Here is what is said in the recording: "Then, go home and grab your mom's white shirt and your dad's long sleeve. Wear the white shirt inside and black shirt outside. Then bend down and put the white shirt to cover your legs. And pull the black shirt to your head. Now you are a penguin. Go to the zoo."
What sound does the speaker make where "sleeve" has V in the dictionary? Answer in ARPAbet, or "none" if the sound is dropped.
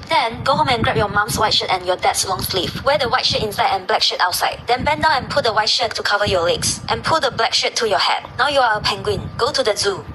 F